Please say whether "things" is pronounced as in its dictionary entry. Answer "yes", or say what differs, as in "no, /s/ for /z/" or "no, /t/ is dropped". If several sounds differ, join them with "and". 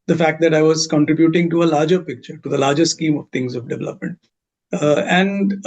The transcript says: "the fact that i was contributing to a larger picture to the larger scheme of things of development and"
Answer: no, /t/ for /θ/